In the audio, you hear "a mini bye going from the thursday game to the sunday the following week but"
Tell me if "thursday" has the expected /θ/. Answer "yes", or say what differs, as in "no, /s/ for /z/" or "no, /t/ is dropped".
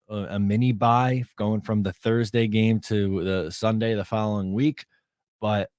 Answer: yes